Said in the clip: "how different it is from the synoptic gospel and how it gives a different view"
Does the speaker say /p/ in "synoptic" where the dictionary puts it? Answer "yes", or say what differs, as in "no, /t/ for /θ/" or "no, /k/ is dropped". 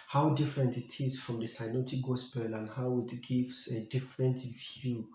no, /p/ is dropped